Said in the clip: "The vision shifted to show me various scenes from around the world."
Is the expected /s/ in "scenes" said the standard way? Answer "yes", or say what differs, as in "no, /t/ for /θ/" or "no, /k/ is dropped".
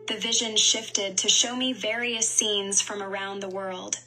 yes